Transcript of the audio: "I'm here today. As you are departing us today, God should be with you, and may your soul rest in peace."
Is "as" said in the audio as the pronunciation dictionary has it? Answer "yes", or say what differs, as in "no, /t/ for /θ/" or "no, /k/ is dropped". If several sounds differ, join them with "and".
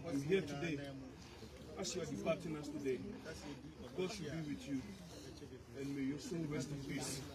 no, /s/ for /z/